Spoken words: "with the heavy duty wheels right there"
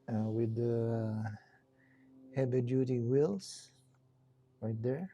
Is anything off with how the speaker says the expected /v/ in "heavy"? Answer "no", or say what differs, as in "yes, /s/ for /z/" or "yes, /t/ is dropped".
yes, /b/ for /v/